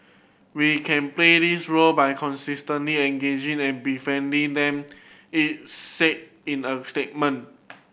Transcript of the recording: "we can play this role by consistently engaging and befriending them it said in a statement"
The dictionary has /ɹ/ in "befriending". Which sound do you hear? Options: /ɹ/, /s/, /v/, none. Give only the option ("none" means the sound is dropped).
none